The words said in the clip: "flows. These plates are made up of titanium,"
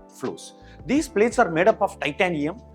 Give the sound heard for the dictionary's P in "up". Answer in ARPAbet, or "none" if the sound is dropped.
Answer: P